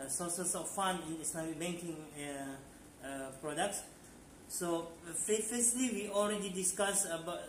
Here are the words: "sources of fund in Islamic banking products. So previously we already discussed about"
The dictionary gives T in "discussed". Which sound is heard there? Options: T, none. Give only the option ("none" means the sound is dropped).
none